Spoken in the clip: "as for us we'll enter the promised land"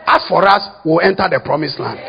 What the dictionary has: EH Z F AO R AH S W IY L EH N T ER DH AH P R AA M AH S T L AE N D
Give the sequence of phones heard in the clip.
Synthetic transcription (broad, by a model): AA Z F AO R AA S W IY L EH N T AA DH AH P R AA M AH S L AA N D